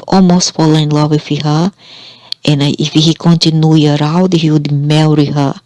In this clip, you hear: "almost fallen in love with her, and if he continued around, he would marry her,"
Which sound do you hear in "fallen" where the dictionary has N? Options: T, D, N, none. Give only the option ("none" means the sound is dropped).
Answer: none